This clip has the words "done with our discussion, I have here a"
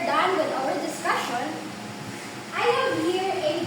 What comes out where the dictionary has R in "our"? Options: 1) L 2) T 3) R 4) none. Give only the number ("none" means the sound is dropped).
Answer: 1